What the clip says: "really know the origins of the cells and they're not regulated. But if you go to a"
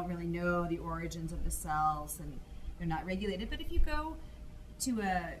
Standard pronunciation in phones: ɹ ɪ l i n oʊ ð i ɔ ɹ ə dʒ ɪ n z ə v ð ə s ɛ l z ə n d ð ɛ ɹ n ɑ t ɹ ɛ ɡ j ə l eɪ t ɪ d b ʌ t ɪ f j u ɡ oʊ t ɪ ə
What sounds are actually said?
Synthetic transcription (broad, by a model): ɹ ɪ l i n oʊ ð i ɔ ɹ ə dʒ ɪ n z ə v ð ə s ɛ l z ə n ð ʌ ɹ n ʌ t ɹ ɛ ɡ j ə l eɪ t ɪ d b ʌ t ɪ f j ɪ ɡ oʊ t ɪ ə